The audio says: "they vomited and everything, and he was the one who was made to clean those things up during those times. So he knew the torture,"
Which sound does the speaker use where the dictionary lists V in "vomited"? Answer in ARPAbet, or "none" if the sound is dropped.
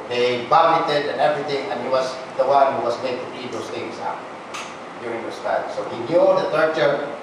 B